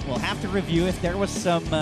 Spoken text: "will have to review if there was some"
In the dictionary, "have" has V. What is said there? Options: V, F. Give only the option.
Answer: F